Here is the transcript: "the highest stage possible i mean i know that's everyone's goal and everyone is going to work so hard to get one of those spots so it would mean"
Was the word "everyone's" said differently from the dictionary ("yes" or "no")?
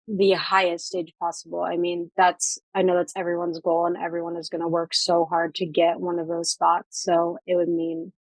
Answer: no